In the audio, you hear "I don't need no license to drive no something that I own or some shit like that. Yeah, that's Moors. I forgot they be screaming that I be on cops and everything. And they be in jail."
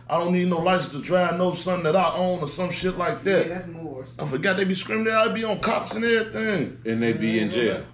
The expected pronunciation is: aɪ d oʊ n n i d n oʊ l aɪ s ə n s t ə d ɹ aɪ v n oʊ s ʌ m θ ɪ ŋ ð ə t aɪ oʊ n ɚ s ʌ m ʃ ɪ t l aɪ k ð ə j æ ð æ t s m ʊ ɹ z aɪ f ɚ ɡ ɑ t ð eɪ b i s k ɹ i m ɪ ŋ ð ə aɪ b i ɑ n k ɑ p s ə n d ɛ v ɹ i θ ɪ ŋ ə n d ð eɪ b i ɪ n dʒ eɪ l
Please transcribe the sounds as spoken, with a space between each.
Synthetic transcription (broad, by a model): aɪ d oʊ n n i d n oʊ l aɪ ə s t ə d ɹ aɪ v n oʊ s ʌ m θ ɪ ŋ ð ə t aɪ oʊ n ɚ s ʌ m ʃ ɪ t l aɪ k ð ð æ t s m aɪ f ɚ ɡ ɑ t ð eɪ b i s k ɹ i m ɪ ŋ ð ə aɪ b i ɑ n k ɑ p s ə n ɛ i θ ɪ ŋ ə n ð eɪ b i ɪ n dʒ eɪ